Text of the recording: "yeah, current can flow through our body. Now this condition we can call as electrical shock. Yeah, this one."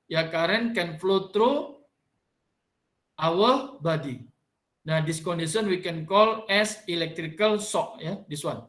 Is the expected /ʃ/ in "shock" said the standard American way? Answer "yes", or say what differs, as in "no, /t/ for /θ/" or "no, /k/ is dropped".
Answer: no, /s/ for /ʃ/